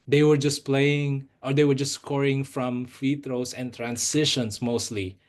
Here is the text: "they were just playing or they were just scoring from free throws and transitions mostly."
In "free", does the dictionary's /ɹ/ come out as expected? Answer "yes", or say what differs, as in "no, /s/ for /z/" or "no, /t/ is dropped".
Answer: no, /ɹ/ is dropped